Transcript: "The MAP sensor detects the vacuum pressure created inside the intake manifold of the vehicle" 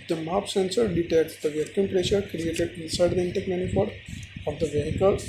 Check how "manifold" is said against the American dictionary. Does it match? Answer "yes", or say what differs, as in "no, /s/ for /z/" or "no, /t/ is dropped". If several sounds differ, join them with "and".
no, /l/ is dropped